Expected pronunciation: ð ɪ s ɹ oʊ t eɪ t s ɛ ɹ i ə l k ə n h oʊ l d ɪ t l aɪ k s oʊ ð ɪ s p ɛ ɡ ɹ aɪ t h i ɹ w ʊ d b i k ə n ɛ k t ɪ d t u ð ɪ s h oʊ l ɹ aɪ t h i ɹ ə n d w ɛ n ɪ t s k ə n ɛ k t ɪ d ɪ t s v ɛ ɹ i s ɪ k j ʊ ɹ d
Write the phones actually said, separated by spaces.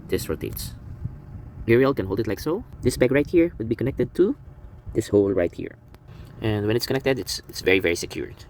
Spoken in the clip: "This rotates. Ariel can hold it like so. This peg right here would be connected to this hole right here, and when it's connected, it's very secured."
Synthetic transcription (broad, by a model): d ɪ s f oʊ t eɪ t s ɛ ɹ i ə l k ə n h oʊ l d ɪ t l aɪ k s oʊ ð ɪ s b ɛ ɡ ɹ aɪ t h i ɹ w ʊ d b i k ə n ɛ k t ɪ d t u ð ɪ s h oʊ l ɹ aɪ t h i ɹ ə n d w ɛ n ɪ t s k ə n ɛ k t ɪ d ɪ t s v ɛ ɹ i s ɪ k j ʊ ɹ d